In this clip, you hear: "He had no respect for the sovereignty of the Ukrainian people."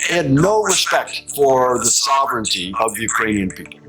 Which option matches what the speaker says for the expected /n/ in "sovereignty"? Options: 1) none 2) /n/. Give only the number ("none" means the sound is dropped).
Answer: 2